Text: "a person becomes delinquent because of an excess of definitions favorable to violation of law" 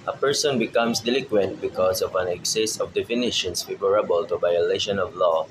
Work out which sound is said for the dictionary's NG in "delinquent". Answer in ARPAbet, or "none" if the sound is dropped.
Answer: none